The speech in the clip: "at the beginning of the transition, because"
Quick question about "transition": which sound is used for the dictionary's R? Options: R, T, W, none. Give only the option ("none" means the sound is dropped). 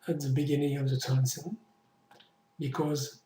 none